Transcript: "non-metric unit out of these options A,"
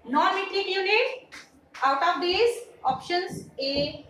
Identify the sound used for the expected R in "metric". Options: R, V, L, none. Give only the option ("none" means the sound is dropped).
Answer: L